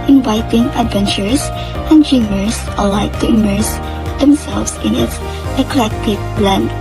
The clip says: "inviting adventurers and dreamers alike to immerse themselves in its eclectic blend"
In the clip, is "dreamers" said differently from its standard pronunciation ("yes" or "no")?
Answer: yes